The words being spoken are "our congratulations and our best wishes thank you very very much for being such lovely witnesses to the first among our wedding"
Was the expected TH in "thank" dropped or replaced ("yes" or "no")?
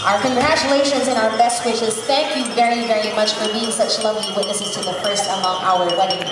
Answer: no